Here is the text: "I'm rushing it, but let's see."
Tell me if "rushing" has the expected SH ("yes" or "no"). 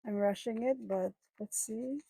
yes